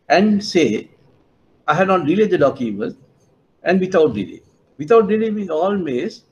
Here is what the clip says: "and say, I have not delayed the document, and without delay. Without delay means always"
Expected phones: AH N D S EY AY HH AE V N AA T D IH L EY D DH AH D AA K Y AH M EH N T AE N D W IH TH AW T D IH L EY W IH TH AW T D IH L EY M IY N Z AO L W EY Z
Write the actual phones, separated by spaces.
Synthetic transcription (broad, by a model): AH N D S EY AY HH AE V N AA T D IH L EY D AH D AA K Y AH M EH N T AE N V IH T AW T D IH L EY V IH T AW T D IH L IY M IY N AO L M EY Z